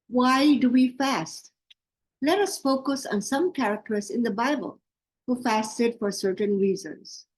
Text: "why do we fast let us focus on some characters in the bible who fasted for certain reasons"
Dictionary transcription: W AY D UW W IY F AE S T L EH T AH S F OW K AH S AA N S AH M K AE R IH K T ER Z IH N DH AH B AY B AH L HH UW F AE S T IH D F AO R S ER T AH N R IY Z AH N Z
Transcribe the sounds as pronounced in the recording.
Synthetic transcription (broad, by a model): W AY D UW W IY F AE S T L EH T AH S F OW K AH S AA N S AH M K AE R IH K T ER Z IH N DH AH B AY B AH L HH UW F AE S T IH D F AO R S ER T AH N R IY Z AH N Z